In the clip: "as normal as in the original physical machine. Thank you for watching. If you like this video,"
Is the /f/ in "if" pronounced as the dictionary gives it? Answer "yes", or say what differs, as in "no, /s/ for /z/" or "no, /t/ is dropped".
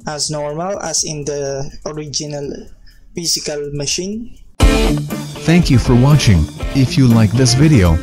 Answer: yes